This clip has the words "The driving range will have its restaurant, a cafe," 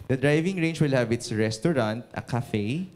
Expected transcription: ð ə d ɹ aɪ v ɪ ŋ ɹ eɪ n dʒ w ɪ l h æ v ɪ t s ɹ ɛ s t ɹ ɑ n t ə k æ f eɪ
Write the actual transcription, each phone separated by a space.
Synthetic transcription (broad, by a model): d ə d ɹ aɪ v ɪ ŋ ɹ eɪ n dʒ w ɪ l h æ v ɪ t s ɹ ɛ s t ɹ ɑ n t ə k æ f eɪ